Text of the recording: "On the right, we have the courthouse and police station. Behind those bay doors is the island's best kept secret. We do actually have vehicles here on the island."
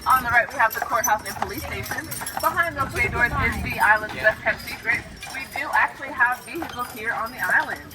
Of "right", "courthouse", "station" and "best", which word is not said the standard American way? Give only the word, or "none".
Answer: best